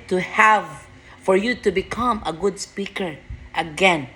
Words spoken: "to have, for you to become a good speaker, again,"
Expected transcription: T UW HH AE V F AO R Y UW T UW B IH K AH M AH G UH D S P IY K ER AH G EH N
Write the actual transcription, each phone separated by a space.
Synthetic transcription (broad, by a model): T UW HH AE V F AO R Y UW T UW B IH K AH M AH G UH D S P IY K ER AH G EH N